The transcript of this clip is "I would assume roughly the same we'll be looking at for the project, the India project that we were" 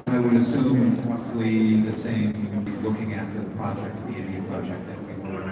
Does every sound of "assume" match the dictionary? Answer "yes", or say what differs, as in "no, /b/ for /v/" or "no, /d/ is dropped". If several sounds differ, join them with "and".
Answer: yes